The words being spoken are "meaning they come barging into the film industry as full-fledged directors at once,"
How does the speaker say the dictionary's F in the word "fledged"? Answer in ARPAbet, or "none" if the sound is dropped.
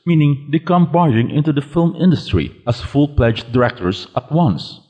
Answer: P